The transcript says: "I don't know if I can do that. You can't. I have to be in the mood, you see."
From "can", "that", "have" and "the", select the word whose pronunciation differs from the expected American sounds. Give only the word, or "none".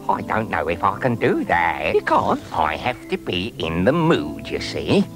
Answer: have